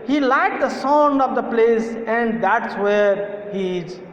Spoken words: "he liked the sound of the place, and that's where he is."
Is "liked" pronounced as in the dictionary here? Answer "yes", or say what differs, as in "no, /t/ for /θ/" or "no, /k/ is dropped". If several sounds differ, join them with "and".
no, /k/ is dropped